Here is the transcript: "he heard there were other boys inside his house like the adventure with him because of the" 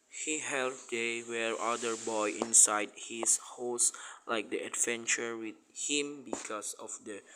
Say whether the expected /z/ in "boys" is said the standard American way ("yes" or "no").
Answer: no